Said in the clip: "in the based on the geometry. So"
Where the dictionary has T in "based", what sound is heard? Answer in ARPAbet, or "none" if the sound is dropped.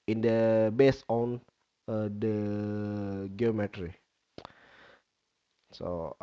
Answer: none